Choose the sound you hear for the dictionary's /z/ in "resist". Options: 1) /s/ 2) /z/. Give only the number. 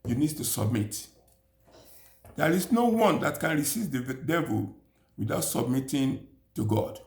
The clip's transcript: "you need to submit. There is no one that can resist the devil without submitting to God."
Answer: 1